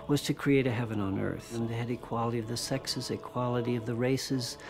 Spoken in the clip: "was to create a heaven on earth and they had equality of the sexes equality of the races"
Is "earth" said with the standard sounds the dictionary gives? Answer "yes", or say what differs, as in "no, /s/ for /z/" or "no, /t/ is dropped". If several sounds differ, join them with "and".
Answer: yes